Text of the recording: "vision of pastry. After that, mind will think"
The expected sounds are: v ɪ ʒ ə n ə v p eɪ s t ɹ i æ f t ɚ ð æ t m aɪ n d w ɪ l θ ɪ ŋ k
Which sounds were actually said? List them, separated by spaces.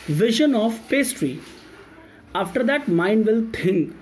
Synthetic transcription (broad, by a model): v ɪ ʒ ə n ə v p eɪ s t ɹ i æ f t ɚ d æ t m aɪ n d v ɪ l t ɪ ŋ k